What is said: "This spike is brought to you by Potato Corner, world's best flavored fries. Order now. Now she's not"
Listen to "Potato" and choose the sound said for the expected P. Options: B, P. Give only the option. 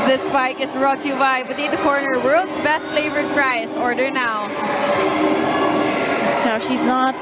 B